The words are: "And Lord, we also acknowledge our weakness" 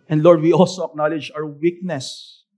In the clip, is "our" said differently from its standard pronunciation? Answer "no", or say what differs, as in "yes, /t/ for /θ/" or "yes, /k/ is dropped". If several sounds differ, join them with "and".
yes, /w/ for /ɹ/